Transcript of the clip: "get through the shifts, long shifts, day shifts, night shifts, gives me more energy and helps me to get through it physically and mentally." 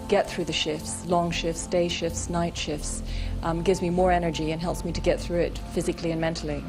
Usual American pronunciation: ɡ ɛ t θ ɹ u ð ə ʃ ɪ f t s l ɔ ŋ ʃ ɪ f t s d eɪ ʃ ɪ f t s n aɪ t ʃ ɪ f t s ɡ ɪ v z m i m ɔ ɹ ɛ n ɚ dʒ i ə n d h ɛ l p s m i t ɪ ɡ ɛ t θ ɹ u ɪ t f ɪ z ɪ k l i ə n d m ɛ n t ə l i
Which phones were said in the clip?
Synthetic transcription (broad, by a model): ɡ ɛ t θ ɹ u ð ə ʃ ɪ f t s l ɔ ŋ ʃ ɪ f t s d eɪ ʃ ɪ f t s n aɪ t ʃ ɪ f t s ɡ ɪ v z m i m ɔ ɹ ɛ n ɚ dʒ i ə n h ɛ l p s m i t ɪ ɡ ɛ t θ ɹ u ɪ t f ɪ z ɪ k l i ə n m ɛ n t l i